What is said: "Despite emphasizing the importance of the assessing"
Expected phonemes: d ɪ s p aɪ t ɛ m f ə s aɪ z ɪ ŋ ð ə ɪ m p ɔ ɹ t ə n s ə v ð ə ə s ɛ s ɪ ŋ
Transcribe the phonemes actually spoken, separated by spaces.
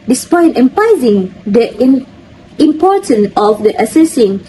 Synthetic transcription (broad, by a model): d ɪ s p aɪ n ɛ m p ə ɪ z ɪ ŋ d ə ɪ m p ɔ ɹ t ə n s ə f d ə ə s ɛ s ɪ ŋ